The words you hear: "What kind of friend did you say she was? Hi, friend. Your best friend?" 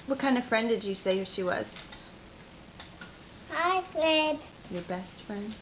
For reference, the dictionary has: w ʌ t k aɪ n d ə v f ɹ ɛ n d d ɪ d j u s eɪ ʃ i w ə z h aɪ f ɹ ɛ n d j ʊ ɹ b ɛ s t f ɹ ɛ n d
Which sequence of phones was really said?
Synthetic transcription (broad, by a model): w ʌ t k aɪ n d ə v f ɹ ɛ n d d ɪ j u s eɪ ʃ i w ə z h aɪ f l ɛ d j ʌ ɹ b ɛ s t f ɹ ɛ n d